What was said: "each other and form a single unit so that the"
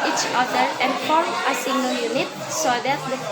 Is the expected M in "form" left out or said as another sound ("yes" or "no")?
yes